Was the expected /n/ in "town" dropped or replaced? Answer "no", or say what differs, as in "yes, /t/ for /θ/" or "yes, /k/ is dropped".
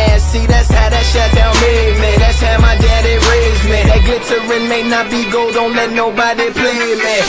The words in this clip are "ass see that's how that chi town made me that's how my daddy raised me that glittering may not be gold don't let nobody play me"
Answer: yes, /l/ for /n/